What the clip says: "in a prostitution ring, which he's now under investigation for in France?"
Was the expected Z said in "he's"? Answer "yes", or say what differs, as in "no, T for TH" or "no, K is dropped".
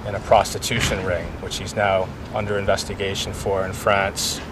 yes